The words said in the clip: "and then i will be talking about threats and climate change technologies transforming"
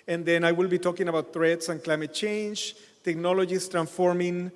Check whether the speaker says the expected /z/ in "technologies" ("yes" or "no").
no